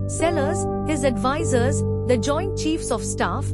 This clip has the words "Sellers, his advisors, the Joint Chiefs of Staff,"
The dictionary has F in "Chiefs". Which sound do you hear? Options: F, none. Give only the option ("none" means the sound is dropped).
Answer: F